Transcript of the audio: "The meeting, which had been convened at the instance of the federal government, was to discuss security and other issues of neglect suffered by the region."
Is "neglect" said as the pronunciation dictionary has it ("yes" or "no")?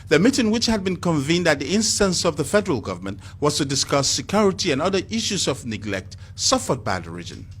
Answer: yes